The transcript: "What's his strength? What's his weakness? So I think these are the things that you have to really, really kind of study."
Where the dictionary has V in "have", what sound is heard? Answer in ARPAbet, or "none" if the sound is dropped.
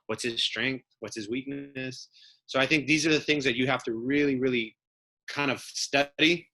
F